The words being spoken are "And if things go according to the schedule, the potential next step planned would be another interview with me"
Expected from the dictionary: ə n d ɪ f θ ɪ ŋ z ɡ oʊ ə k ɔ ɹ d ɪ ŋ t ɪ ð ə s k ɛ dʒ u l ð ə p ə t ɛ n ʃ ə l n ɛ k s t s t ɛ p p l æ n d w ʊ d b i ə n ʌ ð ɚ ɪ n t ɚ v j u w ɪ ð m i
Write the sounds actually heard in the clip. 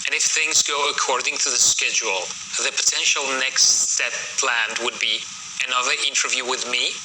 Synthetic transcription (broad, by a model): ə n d ɪ f θ ɪ ŋ z ɡ oʊ ə k ɔ ɹ d ɪ ŋ t ɪ ð ə s k ɛ dʒ u l ð ə p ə t ɛ n ʃ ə l n ɛ k s t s ɛ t p l æ n d w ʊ d b i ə n ʌ ð ɚ ɪ n t ɚ v j u w ɪ ð m i